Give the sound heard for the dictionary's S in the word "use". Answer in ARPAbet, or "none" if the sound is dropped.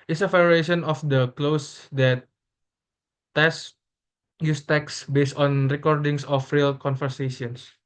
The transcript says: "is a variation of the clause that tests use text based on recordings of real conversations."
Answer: S